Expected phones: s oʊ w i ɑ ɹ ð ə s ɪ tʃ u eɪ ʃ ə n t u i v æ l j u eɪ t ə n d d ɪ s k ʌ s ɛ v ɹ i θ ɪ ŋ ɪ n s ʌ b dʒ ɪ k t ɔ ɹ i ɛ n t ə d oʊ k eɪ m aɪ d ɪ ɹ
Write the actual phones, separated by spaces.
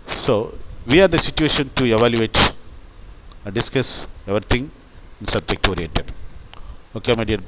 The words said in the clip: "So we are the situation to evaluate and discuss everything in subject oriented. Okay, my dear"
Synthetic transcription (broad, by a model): s oʊ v i ɑ ɹ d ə s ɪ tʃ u eɪ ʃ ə n t u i v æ l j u eɪ t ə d d ɪ s k ʌ s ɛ v ɹ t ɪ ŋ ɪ n s ʌ b dʒ ɪ k t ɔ ɹ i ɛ t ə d oʊ k eɪ m aɪ d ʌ ɹ